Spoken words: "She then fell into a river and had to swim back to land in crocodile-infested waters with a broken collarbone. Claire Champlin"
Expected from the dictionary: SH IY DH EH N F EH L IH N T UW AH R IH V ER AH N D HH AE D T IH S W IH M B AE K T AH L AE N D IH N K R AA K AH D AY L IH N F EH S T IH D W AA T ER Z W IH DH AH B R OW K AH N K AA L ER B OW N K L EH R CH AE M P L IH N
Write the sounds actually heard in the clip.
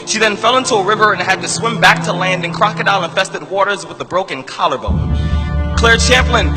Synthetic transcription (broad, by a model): SH IY DH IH N F EH L IH N T UW AH R IH V ER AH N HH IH D T IH S W IH M B AE K T AH L AE N D IH N K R AA K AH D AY N IH N F EH S T IH D W AA T ER Z W IH DH AH B R OW K AH N K AA L ER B OW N K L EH R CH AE M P L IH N